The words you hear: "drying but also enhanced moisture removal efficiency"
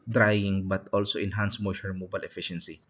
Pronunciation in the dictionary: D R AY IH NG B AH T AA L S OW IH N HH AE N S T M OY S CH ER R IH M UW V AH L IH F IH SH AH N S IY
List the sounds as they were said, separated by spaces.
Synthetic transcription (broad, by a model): D R AY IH NG B AH T AA L S OW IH N HH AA N S M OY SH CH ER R M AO B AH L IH F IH SH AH N S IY